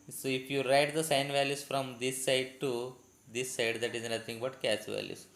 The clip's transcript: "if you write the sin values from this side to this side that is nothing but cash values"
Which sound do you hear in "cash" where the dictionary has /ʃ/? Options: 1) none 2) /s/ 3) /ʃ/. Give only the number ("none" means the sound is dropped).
2